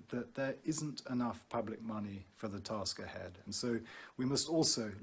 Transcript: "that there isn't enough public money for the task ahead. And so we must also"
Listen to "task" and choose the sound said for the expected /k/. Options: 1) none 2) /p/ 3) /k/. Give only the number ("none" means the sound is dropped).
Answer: 3